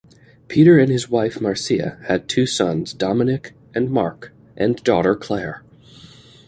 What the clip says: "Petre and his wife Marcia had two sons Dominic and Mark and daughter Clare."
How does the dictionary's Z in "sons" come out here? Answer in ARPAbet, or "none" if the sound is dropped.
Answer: Z